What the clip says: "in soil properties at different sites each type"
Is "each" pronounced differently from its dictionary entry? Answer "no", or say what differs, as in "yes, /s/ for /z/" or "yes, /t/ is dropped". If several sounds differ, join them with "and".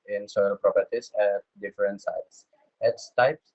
yes, /s/ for /tʃ/